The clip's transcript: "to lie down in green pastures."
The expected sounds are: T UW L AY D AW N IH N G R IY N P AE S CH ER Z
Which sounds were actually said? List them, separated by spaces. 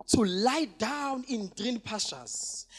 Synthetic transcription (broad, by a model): T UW L AY D AW N IH N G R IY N P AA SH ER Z